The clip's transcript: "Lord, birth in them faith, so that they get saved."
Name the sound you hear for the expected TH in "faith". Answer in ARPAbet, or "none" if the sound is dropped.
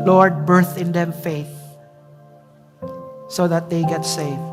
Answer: TH